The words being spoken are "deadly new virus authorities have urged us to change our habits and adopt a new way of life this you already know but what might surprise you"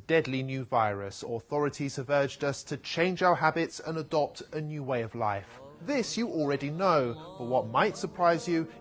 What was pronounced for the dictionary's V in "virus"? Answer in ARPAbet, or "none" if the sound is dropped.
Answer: V